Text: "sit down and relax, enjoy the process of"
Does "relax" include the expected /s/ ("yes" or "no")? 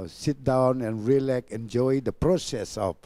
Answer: no